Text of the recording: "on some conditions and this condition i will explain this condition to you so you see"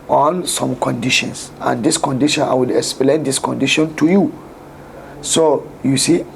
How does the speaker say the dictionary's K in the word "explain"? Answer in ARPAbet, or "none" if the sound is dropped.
K